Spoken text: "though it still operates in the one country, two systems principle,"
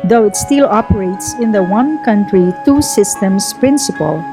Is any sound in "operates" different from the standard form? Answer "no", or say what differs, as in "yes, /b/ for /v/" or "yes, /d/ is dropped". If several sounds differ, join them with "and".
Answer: no